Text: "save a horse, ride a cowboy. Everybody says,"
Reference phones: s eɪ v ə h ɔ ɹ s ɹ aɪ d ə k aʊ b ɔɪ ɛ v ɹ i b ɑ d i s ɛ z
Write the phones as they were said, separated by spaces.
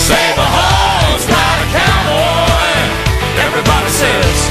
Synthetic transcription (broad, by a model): s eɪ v ə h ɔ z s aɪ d ə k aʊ ɔɪ ɛ v ɹ i b ɑ d i s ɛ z